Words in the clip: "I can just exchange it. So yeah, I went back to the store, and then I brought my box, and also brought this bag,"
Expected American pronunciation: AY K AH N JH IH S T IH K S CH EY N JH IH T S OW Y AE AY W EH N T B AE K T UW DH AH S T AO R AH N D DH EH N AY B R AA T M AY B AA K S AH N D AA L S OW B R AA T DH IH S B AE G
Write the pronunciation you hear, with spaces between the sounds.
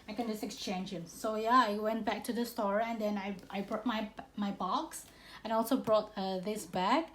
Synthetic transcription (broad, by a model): AY K AH N JH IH S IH K S CH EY N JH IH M S OW Y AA AY W EH N T B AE K T UW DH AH S T AO R AH N D EH N AY B R AA T M AY B AA K S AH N AA L S OW B R AA T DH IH S B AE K